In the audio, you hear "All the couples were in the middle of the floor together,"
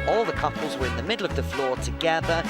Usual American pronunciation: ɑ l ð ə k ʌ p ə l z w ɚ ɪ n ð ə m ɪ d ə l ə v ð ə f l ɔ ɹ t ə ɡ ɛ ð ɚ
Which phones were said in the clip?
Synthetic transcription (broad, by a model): ɑ l ð ə k ʌ p ə l z w ɚ ɪ n ð ə m ɪ d l ə v ð ə f l ɔ ɹ t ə ɡ ɛ ð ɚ